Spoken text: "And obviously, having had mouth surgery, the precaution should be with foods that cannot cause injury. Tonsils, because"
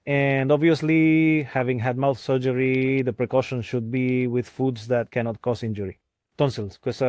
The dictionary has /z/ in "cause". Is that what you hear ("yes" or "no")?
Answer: no